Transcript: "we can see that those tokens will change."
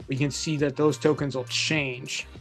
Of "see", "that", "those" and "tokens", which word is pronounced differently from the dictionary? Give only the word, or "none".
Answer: none